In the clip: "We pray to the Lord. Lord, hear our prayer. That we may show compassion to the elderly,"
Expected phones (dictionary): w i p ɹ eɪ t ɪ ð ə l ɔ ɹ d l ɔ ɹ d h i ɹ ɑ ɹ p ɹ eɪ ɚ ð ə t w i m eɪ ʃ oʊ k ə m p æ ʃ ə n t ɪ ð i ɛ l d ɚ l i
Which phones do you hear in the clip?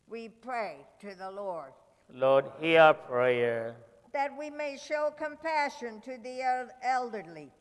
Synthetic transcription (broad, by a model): w i p ɹ eɪ t ɪ ð ə l ɔ ɹ d l ɔ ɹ d h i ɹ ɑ p ɹ eɪ ɚ ð ə t w i m eɪ ʃ oʊ k ə m p æ ʃ ə n t ɪ ð i ɛ l d ɚ l i